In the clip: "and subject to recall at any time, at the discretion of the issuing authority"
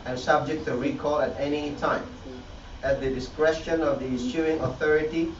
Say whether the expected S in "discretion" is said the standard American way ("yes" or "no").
yes